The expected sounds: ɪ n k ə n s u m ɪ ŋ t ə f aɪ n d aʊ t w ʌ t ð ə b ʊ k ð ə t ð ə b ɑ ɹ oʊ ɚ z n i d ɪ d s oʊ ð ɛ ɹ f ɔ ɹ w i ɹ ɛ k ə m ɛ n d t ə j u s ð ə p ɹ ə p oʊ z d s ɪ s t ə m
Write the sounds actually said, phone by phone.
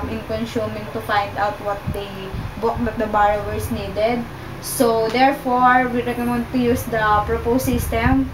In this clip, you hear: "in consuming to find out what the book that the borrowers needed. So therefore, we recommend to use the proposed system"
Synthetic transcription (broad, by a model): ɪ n k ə n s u m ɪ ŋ t ə f aɪ n d aʊ t w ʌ t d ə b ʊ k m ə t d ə b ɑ ɹ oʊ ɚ s n i d ɪ d s oʊ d ɛ ɹ f ɔ ɹ w i ɹ ɛ k ə m ɛ n d t ə j u s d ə p ɹ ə p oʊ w s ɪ s t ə m